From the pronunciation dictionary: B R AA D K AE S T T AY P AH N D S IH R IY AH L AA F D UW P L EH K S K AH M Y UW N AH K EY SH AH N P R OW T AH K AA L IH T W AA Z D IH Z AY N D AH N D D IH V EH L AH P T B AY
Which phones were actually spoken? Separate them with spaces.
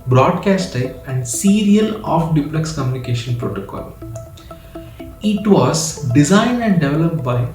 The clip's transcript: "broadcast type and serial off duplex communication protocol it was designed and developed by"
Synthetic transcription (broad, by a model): B R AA D K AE S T T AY AH N D S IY R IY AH L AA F D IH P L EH K S K AH M Y UW N AH K EY SH AH N P R OW T AH K AA L IH T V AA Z D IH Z AY N D AH N D D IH V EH L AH P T B AY